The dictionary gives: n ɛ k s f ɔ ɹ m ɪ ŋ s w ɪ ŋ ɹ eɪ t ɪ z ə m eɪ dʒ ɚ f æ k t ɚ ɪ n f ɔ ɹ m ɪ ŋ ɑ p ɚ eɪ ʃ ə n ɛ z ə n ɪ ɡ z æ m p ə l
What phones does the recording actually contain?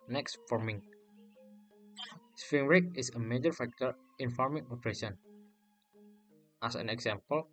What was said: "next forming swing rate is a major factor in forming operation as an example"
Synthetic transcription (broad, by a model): n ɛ k s f ɔ ɹ m ɪ ŋ s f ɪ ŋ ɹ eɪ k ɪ s ə m eɪ dʒ ɚ f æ k t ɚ ɪ n f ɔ ɹ m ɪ ŋ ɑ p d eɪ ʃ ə n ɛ s ə n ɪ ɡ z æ m p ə l